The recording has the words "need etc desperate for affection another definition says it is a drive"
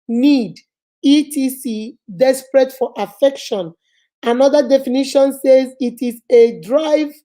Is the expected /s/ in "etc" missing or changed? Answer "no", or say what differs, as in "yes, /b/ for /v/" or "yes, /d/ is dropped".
yes, /s/ is dropped